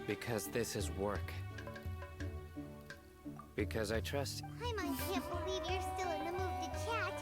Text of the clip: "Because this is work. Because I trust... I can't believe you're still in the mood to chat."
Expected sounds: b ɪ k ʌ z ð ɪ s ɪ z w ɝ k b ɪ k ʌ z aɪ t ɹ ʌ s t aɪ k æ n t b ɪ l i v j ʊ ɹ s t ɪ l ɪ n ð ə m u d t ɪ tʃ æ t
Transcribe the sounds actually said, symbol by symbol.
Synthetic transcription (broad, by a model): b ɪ k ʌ z ð ɪ s ɪ z w ɝ k b ɪ k ʌ z aɪ t ɹ ʌ s t aɪ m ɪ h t b ɪ l i v j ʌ ɹ s t ɪ l ɪ n ð ə m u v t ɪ tʃ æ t